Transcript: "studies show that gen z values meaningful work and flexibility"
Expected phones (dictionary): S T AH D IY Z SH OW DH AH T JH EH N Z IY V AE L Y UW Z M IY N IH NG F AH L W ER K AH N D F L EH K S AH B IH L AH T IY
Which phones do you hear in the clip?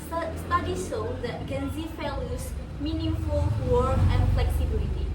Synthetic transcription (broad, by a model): S T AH D IY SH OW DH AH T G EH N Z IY F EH L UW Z M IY N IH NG F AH L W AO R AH N F L EH K S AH B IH L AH T IY